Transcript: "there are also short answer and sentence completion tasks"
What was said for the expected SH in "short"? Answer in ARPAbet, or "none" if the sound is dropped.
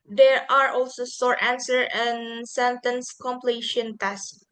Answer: S